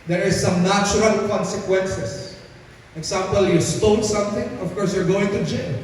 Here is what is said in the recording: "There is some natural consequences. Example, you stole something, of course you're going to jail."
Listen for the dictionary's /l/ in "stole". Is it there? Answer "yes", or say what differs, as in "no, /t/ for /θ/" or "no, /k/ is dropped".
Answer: no, /n/ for /l/